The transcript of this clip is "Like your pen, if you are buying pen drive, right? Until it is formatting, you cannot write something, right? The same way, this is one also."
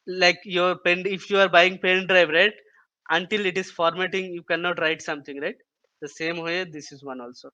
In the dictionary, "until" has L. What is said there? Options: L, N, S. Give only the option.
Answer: L